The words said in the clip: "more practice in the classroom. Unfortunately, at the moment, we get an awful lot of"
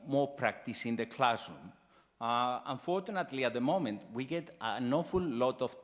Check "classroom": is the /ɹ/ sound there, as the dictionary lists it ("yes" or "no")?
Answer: no